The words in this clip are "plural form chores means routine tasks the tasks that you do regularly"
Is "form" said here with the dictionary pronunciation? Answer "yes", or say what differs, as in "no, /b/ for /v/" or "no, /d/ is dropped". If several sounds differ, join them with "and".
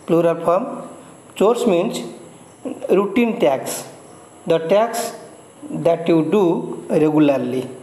no, /p/ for /f/